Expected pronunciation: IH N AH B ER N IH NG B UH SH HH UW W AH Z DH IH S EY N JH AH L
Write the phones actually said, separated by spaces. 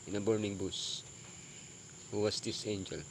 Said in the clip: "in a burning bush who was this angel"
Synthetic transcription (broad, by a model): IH N AH B ER N IH NG B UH S HH UW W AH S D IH S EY N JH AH L